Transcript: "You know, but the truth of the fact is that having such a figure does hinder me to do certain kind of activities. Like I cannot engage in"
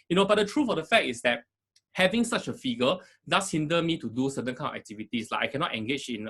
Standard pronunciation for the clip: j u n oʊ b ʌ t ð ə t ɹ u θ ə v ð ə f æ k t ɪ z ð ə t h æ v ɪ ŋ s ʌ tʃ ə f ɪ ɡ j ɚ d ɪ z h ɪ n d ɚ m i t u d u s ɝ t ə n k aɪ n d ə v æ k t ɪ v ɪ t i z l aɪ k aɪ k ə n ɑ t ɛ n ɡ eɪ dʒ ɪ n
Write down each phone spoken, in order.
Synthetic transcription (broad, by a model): j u n oʊ b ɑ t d ə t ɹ u f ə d ə f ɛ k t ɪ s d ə t h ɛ v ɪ ŋ s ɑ tʃ ə f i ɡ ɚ d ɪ s h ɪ n d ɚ m i t u d u s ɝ t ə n k aɪ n ə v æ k t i v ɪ t i s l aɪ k aɪ k ə n ɑ t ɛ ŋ ɡ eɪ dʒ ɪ n